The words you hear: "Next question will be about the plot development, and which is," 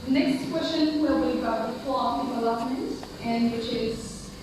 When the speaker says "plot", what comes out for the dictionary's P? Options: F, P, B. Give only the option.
F